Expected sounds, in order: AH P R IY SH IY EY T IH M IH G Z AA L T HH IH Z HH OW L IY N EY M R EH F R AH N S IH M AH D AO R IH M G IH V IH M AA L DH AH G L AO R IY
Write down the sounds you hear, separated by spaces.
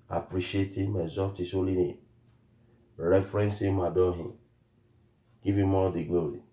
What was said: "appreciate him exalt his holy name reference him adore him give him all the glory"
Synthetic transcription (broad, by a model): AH P R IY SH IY EY T IH M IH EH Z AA T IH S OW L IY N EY R EH F R AH N S IH M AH D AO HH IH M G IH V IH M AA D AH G L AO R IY